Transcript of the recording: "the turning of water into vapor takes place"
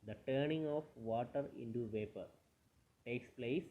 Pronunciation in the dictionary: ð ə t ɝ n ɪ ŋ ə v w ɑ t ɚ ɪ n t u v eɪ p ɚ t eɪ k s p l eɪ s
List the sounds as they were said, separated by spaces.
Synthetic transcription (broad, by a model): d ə t ɝ n ɪ ŋ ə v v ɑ t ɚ ɪ n t u v eɪ p ɚ t eɪ k s p l eɪ s